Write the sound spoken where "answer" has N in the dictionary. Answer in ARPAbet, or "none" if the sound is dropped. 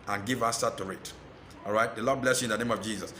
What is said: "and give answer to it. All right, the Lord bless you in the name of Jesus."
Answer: none